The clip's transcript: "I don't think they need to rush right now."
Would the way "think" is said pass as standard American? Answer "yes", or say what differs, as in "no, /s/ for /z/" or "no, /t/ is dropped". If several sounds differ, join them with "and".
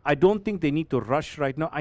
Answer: no, /t/ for /θ/